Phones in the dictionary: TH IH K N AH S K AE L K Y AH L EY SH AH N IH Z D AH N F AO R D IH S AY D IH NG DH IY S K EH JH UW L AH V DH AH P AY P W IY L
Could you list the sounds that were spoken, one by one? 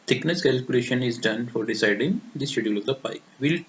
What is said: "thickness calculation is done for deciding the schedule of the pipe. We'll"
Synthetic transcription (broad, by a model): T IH K N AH S K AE L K Y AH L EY SH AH N IH Z D AH N F AO R D IH S AY D IH NG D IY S EH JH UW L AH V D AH P AY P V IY L